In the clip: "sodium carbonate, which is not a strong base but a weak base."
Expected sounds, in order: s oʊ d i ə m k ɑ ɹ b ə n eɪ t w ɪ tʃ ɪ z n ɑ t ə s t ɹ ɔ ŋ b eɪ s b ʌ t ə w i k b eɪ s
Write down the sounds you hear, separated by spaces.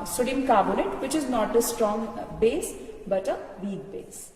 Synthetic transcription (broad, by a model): s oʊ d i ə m k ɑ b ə l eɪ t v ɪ tʃ ɪ z n ɑ t ə s t ɹ ɔ ŋ b eɪ s b ʌ t ə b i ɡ b eɪ s